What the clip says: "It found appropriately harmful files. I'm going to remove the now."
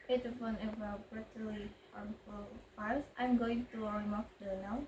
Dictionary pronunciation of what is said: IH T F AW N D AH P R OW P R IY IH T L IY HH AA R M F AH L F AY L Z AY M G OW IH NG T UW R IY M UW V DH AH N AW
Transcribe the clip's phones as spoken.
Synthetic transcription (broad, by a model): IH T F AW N AH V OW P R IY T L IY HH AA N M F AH L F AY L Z AY M G OW IH NG T UW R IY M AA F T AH N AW